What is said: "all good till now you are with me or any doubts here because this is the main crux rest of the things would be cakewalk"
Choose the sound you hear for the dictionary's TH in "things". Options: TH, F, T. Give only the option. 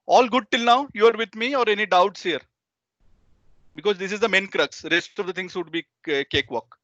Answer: T